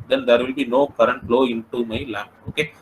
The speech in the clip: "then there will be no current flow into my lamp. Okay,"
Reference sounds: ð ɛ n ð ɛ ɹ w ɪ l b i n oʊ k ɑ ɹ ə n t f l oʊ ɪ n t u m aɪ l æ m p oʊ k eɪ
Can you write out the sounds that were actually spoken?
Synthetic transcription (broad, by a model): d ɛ n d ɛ ɹ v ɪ l b i n oʊ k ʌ ɹ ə n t l oʊ ɪ n t u m aɪ l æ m oʊ k eɪ